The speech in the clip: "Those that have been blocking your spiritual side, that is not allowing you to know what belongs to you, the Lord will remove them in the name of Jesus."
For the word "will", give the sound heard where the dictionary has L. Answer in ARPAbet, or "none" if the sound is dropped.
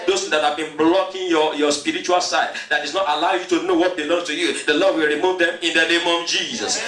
L